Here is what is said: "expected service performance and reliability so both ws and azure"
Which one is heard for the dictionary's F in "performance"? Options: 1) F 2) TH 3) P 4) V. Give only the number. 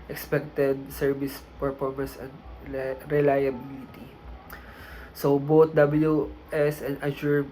3